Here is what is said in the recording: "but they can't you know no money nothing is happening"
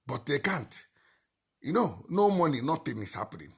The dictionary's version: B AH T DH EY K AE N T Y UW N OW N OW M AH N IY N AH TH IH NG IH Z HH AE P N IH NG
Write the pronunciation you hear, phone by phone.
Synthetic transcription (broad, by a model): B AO T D EY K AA N T Y UW N OW N OW M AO N IY N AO T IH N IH S HH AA P N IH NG